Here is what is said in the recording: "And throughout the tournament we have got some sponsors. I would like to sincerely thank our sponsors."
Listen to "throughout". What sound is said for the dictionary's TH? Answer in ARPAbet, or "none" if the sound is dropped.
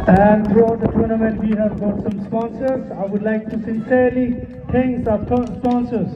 T